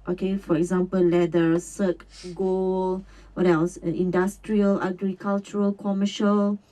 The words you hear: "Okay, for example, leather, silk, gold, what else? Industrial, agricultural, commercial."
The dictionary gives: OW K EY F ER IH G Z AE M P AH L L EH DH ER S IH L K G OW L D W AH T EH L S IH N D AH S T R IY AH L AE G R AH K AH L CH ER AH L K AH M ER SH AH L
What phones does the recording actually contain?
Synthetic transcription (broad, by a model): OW K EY F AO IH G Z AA M P AH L L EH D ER S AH K G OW L W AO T EH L S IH N D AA S T R IY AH L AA G R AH K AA L CH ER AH L K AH M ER SH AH L